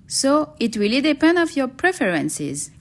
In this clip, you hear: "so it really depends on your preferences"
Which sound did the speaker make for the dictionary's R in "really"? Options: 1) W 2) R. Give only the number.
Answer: 1